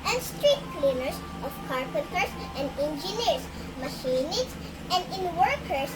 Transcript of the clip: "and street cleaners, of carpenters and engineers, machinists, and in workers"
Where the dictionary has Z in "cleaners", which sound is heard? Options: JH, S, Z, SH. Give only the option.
S